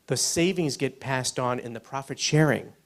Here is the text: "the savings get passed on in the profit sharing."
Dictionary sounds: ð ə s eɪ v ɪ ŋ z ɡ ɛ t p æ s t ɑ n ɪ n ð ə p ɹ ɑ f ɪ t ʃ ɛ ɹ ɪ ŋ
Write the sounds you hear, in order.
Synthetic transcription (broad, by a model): ð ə s eɪ v ɪ ŋ z ɡ ɛ t p æ s t n ɪ n ð ə p ɹ ɑ f ɪ t ʃ ɛ ɹ ɪ ŋ